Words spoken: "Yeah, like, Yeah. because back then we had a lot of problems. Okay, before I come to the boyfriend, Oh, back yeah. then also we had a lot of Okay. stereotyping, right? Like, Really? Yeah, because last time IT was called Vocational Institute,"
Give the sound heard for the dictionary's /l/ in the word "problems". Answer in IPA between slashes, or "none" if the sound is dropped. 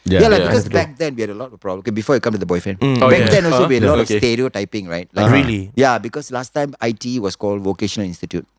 none